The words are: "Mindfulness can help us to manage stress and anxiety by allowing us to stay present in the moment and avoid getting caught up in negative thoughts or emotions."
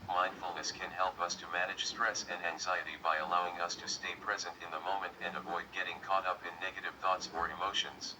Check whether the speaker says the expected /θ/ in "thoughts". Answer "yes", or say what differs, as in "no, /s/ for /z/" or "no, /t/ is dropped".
yes